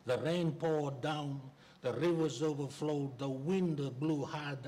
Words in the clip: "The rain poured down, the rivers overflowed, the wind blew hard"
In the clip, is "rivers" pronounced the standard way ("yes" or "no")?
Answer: yes